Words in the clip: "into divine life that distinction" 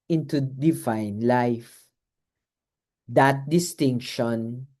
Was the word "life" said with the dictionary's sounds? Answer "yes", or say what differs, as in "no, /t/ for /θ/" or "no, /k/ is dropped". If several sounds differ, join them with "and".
yes